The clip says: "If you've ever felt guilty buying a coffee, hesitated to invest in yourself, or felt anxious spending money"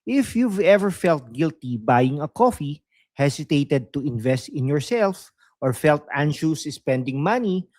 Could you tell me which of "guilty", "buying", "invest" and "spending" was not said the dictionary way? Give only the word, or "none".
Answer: none